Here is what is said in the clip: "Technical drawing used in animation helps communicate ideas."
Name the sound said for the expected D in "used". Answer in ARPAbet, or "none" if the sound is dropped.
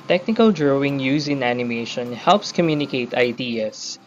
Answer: none